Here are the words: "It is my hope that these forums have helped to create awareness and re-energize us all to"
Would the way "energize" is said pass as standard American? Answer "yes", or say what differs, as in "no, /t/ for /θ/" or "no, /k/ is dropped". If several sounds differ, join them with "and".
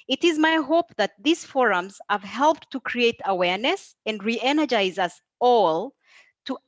yes